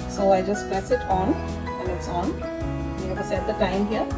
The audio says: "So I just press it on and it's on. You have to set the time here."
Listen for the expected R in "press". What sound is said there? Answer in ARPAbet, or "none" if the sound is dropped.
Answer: none